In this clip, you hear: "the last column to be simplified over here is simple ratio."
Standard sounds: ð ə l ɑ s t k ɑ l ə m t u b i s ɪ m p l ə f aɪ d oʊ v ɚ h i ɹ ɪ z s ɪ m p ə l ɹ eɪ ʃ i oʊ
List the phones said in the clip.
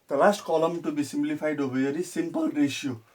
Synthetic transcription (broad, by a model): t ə l ɑ s t k ɑ l ə m t u b i s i m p l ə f aɪ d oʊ b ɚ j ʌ ɹ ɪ s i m p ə l ɹ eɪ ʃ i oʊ